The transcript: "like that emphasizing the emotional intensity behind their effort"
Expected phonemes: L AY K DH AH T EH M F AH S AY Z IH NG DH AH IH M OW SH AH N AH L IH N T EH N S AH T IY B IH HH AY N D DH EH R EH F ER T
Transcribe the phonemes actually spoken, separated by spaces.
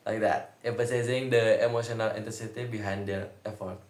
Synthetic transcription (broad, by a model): L AY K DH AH T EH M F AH S AY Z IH NG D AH IH M OW SH AH N AH L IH N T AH S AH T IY B IH HH AY N D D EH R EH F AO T